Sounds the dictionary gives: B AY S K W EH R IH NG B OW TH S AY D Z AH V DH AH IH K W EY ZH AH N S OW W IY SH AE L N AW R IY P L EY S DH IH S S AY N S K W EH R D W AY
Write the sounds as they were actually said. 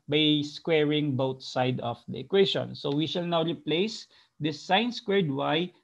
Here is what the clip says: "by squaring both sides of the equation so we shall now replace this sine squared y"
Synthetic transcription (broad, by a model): B AY S K W EH R IH NG B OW T S AY D AH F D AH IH K W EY SH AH N S OW W IY SH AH L N AW R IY P L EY S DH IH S S AY N S K W EH R D W AY